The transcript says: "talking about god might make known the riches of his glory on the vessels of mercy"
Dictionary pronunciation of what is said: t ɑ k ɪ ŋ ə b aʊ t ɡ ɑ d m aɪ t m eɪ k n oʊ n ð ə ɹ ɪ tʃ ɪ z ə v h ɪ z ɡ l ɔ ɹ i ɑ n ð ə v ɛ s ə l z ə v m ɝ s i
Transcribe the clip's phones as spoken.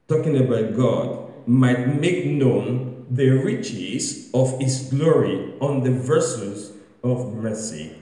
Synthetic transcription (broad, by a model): t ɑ k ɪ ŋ ə b aʊ t ɡ ɑ d m aɪ t m eɪ k n oʊ n ð ə ɹ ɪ tʃ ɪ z ə v h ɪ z ɡ l ɔ ɹ i ɑ n ð ə v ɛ s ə z ə v m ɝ s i